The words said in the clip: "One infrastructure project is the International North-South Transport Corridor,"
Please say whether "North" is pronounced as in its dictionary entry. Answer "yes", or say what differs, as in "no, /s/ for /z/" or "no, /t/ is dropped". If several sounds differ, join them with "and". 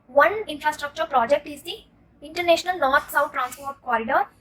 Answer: no, /t/ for /θ/